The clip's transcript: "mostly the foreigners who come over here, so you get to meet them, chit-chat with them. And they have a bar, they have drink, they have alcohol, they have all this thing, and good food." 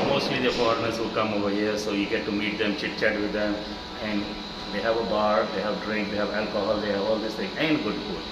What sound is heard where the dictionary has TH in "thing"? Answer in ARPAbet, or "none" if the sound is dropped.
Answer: T